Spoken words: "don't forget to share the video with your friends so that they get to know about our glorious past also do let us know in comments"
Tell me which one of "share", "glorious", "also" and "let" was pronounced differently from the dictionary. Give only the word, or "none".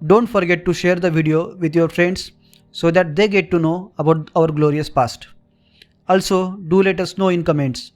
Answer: none